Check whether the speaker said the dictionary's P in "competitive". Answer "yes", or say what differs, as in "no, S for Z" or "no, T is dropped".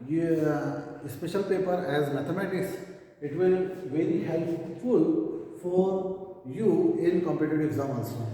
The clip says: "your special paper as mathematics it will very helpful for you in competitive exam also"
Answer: yes